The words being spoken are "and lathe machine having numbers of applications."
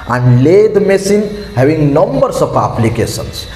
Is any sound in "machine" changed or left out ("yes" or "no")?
yes